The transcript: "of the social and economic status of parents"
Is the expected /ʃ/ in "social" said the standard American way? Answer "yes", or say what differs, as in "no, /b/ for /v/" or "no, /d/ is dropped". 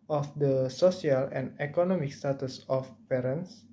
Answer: no, /s/ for /ʃ/